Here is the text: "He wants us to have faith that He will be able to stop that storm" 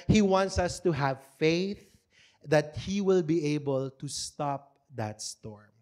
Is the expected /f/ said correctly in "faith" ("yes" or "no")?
yes